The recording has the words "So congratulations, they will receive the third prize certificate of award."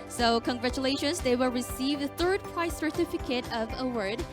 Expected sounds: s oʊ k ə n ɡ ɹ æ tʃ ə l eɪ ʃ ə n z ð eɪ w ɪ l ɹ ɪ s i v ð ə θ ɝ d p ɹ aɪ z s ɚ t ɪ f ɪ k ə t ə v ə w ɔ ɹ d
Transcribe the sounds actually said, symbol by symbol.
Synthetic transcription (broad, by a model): s oʊ k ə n ɡ ɹ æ tʃ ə l eɪ ʃ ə n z ð eɪ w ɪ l ɹ ɪ s i v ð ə θ ɝ d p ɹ aɪ s ɚ t ɪ f ɪ k ə t ə v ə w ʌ ɹ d